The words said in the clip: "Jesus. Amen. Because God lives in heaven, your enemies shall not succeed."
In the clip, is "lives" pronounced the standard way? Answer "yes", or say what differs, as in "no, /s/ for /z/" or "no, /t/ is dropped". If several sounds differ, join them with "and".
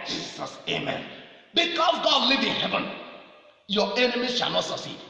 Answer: no, /z/ is dropped